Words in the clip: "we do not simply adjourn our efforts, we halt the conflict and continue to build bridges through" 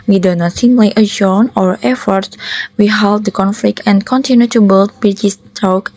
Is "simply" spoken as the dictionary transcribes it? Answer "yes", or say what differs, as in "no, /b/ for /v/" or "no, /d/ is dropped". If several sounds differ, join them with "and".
no, /p/ is dropped